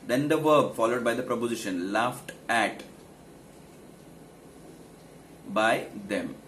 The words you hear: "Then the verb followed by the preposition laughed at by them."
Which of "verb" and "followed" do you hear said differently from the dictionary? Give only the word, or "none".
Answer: none